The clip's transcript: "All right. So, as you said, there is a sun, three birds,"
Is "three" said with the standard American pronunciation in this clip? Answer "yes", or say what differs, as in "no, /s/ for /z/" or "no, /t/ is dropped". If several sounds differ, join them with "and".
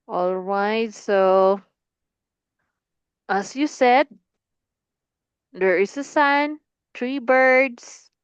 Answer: no, /t/ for /θ/